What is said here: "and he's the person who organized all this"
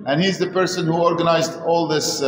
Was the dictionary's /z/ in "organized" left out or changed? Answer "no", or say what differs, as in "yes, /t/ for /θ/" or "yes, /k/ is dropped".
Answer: no